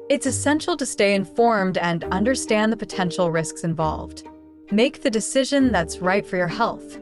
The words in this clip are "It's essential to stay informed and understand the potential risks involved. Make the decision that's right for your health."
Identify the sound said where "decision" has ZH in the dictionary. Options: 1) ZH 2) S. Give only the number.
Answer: 1